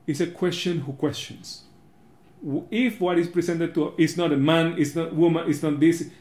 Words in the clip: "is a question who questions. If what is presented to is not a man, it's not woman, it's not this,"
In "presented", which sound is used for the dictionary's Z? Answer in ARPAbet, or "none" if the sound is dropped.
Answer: S